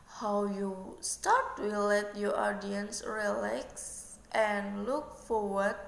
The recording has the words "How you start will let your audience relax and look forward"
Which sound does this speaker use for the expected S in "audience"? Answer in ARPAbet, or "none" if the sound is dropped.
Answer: S